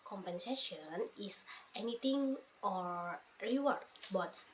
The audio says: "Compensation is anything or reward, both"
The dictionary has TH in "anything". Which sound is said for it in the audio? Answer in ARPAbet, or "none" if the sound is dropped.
T